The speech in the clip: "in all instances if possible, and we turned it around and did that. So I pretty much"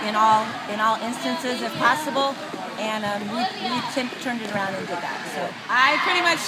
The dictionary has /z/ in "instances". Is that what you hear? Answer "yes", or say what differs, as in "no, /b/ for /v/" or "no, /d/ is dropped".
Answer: yes